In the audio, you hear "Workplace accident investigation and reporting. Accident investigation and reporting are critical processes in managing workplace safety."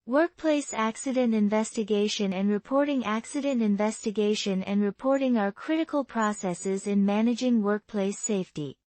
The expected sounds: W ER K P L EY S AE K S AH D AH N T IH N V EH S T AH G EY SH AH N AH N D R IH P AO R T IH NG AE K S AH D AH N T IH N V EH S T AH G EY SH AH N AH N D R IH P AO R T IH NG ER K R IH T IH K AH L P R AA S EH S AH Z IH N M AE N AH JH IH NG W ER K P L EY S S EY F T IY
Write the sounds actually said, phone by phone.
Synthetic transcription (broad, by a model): W ER K P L EY S AE K S AH D AH N T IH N V EH S T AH G EY SH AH N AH N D R IH P AO R T IH NG AE K S AH D AH N T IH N V EH S T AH G EY SH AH N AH N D R IH P AO R T IH NG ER K R IH T IH K AH L P R AA S EH S AH Z IH N M AE N AH JH IH NG W ER K P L EY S S EY F T IY